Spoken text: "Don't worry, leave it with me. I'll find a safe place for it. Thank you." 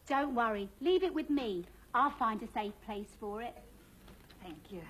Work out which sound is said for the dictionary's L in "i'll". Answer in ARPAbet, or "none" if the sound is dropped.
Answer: L